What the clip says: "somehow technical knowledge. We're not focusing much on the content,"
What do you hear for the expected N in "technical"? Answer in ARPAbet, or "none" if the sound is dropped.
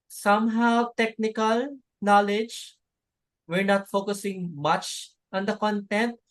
N